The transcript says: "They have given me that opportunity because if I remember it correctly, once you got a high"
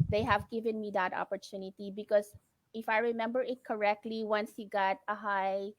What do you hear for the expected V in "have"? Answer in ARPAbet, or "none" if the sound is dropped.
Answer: V